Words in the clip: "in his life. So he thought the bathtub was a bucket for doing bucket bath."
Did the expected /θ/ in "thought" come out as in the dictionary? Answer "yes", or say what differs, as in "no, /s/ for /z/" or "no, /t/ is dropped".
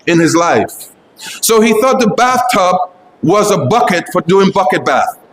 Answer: yes